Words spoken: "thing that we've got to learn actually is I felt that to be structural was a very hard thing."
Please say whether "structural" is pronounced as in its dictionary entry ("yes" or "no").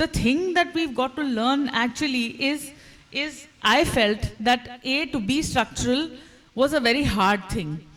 yes